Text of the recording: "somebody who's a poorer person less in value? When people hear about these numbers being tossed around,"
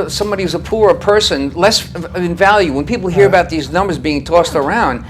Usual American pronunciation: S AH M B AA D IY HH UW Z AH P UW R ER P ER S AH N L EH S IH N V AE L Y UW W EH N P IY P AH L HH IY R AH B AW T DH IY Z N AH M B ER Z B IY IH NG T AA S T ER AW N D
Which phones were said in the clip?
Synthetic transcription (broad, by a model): S AH M B AA D IY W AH Z AH P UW R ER P ER S AH N L EH S IH N V AE L Y UW W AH N P IY P L HH IY R AH B AW T DH IY Z N AH M B ER Z B IY IH NG T AA S T ER AW N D